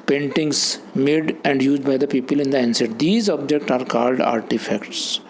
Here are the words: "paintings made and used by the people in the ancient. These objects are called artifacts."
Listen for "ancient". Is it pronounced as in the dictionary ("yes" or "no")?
no